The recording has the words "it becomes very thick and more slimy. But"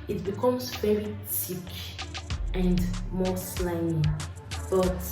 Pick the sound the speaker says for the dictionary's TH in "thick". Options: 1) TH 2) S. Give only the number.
2